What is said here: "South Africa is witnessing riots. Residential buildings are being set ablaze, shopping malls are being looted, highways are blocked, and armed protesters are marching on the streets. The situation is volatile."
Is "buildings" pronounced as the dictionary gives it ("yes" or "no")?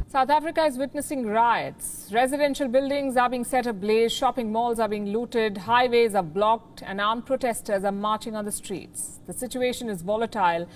yes